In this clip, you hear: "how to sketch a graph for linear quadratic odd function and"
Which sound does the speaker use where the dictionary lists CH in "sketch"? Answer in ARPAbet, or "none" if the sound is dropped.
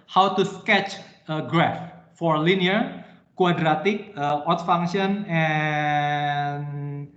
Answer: CH